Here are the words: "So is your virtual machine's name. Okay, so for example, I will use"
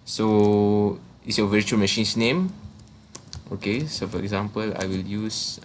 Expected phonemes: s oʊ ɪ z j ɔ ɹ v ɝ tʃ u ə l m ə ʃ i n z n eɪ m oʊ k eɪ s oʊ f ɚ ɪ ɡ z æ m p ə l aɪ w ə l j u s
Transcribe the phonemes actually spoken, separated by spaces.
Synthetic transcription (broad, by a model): s oʊ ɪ s j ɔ v ɝ tʃ u ə l m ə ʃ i n s n eɪ m oʊ k eɪ s oʊ f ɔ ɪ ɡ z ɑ m p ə l aɪ w ə l j u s